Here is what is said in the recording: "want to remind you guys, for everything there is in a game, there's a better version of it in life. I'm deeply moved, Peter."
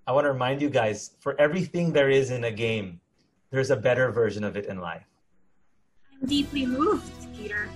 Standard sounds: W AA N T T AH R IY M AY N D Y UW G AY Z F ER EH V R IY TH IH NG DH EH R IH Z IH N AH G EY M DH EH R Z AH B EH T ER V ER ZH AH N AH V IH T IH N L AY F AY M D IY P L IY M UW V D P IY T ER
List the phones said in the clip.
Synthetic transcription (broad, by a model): W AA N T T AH R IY M AY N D Y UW G AY Z F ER EH V R IY TH IH NG DH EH R IH Z IH N AH G EY M DH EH R Z AH B EH T ER V ER ZH AH N AH V IH T IH N L AY F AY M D IY P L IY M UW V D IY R